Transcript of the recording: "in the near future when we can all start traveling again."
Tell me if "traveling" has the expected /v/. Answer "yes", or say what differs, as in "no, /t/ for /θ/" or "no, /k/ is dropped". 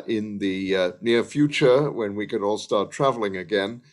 yes